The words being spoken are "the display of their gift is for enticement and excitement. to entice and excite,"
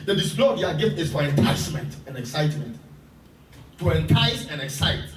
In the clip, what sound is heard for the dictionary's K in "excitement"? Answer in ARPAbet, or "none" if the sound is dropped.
K